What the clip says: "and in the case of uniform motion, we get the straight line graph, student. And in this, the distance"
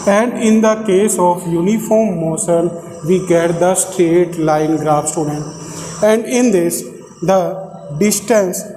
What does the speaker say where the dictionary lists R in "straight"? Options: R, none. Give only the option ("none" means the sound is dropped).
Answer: R